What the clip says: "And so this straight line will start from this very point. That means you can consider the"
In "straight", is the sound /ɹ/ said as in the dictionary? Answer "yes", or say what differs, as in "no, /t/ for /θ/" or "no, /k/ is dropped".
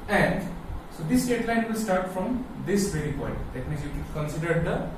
no, /ɹ/ is dropped